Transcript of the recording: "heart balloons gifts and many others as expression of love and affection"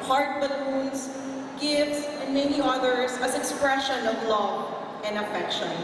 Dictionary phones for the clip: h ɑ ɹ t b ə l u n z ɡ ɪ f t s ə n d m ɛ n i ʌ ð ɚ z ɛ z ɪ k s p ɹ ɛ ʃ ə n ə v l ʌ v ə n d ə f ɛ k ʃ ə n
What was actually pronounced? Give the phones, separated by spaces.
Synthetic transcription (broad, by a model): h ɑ ɹ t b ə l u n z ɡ ɪ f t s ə n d m ɛ n i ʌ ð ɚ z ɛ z ɪ k s p ɹ ɛ ʃ ə n ə v l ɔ ə n d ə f ɛ k ʃ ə n